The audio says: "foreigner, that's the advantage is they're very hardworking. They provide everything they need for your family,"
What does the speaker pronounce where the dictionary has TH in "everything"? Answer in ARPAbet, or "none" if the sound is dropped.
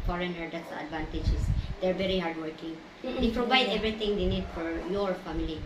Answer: T